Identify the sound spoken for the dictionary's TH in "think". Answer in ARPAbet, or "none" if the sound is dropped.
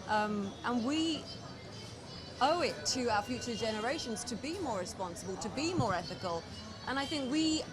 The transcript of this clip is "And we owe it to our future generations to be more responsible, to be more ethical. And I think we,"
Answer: TH